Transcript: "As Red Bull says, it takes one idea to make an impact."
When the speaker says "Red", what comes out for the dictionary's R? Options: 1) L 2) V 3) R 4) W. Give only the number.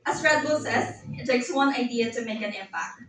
3